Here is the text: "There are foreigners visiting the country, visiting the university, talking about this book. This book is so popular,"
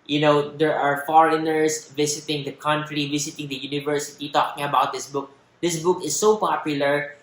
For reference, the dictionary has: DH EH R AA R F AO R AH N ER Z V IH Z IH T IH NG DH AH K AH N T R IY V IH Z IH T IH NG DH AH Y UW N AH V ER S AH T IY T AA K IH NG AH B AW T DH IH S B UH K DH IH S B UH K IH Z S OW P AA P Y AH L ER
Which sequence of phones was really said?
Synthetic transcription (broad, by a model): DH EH R AA R F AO R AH N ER S V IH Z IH T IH NG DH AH K AH N T R IY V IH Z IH T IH NG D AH Y UW N AH V ER S AH T IY T AA K IH NG AH B AW T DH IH S B UH K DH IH S B UH K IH S OW P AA P Y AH L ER